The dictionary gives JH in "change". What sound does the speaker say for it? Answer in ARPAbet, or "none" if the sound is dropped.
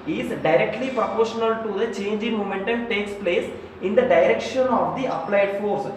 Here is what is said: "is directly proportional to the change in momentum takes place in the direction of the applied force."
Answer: JH